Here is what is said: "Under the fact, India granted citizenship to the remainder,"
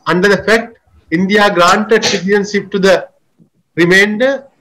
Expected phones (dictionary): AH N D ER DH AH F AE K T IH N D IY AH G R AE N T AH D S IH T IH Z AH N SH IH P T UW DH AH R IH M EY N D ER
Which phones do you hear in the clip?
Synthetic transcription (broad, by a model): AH N D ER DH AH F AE K T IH N D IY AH G R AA N T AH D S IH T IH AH N S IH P T UW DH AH R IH M EY N D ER